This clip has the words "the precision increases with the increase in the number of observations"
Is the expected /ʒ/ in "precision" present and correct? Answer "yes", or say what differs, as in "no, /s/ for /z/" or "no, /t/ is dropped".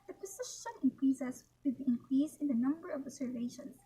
no, /ʃ/ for /ʒ/